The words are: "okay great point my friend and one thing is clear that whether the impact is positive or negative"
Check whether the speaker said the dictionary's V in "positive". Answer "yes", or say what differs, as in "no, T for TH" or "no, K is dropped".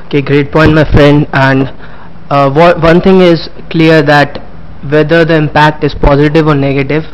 yes